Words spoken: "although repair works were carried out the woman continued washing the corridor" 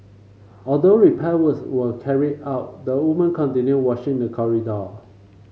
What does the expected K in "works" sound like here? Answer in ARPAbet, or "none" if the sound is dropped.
none